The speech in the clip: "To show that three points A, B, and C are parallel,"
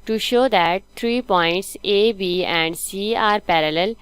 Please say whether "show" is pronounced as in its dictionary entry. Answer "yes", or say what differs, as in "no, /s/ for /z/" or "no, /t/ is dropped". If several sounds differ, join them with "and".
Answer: yes